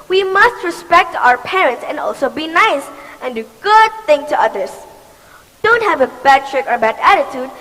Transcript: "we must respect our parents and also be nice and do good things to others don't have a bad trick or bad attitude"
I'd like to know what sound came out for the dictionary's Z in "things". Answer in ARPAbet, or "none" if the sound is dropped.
none